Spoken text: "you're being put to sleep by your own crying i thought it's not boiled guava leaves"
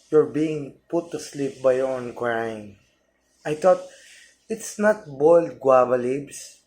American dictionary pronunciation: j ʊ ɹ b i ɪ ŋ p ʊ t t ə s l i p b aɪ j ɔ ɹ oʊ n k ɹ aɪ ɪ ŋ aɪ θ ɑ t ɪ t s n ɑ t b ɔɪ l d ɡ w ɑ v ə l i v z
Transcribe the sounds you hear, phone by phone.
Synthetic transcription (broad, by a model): j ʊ ɹ b i ɪ ŋ p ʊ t t ə s l i p b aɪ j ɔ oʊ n k ɹ aɪ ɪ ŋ aɪ t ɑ t ɪ t s n ɑ t b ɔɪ l d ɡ w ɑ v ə l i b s